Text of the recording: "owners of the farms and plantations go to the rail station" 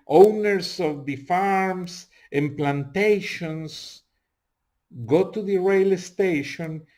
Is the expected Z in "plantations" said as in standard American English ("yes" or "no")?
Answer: no